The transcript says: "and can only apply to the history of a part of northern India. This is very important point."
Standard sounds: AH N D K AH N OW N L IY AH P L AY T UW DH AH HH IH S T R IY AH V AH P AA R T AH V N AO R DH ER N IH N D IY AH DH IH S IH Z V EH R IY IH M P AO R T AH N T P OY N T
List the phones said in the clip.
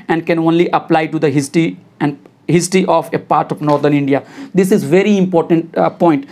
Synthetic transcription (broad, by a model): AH N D K AH N OW N L IY AH P L AY T UW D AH HH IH S T R IY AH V AH P AA R T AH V N AO R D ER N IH N D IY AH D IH S IH Z V EH R IY IH M P AO R T AH N T P OY N T